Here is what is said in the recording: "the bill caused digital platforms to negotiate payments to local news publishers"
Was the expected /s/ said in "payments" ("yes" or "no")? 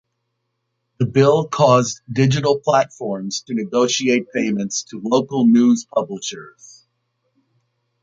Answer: yes